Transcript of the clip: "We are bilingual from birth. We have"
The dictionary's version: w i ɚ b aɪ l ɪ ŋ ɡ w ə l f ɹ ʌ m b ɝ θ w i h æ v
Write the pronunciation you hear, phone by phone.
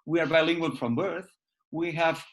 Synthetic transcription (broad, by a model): w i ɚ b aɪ l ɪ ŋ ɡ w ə n f ɹ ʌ m b ɝ θ w i h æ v